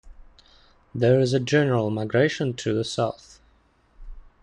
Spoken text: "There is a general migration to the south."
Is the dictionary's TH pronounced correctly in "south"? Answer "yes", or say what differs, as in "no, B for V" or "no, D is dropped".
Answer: yes